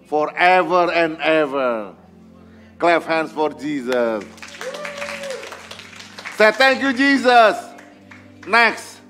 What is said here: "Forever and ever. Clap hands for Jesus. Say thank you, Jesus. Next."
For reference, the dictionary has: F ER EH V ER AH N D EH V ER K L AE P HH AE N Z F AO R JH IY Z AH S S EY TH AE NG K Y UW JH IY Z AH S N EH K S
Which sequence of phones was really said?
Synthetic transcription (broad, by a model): F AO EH V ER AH N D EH V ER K L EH F HH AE N S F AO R JH IY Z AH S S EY T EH NG K Y UW JH IY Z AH S N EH K S